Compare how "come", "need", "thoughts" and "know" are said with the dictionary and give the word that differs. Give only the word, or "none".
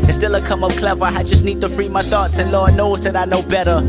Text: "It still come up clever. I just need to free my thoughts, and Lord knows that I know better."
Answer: none